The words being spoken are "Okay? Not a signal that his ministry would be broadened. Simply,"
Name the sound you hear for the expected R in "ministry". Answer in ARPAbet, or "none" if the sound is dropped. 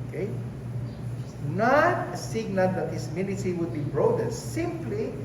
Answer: none